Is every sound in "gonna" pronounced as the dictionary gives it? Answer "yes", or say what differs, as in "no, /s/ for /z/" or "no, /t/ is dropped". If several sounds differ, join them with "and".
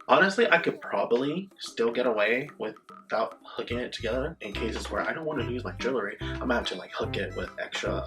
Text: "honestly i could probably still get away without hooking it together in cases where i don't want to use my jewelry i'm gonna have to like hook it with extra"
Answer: no, /n/ is dropped